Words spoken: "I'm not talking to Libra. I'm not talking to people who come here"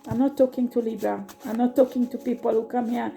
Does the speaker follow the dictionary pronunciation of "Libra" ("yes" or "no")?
no